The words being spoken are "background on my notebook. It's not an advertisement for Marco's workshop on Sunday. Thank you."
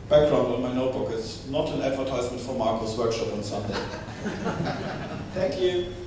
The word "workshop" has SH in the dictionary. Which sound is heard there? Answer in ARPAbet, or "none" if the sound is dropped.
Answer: SH